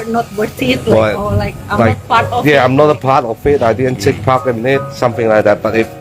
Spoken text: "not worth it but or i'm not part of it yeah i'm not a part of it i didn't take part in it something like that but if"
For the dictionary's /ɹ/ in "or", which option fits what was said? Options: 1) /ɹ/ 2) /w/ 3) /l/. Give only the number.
3